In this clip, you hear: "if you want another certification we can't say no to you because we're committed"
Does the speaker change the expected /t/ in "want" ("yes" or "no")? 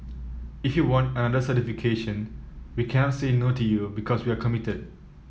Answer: no